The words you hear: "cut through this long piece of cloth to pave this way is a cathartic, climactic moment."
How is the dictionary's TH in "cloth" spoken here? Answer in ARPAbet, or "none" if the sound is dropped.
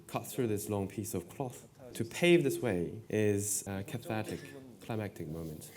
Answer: TH